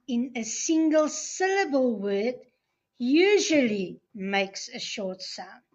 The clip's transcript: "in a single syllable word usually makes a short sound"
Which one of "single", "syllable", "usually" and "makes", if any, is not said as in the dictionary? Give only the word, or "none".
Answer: none